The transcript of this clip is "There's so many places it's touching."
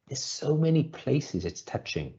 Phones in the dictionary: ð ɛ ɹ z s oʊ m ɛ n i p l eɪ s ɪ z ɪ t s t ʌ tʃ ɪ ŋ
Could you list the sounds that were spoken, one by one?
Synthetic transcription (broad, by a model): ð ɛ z s oʊ m ɛ n i p l eɪ s ɪ z ɪ t s t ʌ tʃ ɪ ŋ